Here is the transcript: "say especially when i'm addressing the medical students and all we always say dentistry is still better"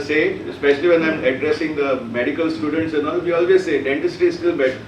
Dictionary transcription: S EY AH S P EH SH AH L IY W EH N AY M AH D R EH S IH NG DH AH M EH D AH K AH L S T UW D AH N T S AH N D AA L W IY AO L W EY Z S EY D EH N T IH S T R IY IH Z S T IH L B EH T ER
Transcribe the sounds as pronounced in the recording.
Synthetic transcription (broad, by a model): S EY AH S P EH SH AH L IY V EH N AY M AH D R EH S IH NG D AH M EH D AH K AH L S T UW D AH N T S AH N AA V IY AO L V EY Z S EY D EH N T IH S T IY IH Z S T IH L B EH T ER